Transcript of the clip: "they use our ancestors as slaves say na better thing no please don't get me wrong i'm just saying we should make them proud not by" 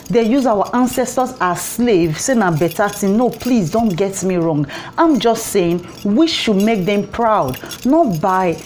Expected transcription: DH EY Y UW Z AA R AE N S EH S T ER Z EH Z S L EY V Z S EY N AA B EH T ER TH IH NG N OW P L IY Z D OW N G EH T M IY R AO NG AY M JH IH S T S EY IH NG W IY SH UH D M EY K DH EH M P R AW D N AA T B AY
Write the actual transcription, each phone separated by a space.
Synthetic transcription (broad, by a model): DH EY Y UW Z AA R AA N S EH S T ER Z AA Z S L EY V S EY N AA B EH T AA T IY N N OW P L IY Z D OW N G EH T M IY R AO NG AY M JH IH S T S EY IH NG W IY SH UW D M EY K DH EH M P R AW D N AA T B AY